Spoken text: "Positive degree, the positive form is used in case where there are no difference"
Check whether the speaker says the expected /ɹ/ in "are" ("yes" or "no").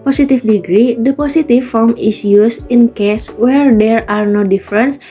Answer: yes